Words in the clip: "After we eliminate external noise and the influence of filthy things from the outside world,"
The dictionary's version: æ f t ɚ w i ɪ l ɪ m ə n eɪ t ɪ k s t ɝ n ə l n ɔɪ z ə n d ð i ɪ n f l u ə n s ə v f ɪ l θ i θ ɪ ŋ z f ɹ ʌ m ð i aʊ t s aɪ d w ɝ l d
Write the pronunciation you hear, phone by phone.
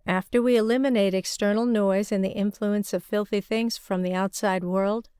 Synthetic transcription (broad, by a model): æ f t ɚ w i ɪ l ɪ m ə n eɪ t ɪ k s t ɝ n l n ɔɪ z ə n ð i ɪ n f l u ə n s ə v f ɪ l θ i θ ɪ ŋ z f ɹ ʌ m ð i aʊ t s aɪ d w ɝ l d